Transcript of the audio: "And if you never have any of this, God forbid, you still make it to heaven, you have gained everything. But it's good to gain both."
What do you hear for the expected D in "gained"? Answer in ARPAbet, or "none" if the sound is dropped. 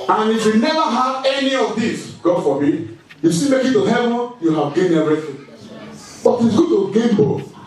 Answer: none